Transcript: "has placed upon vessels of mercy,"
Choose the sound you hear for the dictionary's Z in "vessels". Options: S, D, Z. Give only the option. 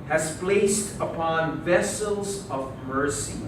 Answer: Z